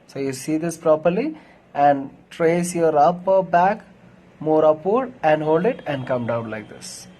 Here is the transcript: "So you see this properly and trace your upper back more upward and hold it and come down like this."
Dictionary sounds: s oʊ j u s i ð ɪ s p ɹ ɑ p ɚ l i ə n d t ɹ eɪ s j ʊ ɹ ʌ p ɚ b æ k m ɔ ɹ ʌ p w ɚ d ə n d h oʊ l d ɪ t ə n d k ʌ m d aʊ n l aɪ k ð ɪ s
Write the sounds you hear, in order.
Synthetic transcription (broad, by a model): s oʊ j u s i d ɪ s p ɹ ɑ p ɚ l i ə n d t ɹ eɪ s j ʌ ɹ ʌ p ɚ b æ k m ɔ ɹ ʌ p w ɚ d ə n d h oʊ l d ɪ t ə n d k ʌ m d aʊ n l aɪ k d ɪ s